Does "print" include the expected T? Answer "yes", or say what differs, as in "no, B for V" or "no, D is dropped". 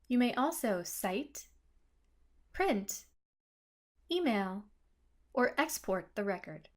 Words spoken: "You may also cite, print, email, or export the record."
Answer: yes